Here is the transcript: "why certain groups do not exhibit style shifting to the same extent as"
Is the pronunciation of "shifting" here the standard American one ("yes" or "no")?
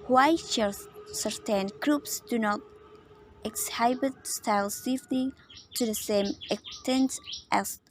no